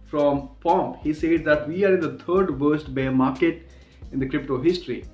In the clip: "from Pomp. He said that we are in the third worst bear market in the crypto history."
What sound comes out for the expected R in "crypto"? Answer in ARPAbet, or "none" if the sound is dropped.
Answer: R